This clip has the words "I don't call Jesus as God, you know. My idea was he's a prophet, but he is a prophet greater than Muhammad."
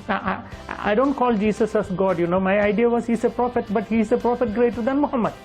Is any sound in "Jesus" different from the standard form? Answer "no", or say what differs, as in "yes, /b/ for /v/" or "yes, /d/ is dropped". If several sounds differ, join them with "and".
yes, /s/ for /z/